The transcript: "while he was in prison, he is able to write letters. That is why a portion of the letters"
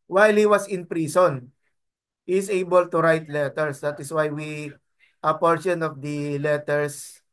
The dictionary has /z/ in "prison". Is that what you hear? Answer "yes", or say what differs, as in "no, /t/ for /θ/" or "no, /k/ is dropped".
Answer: no, /s/ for /z/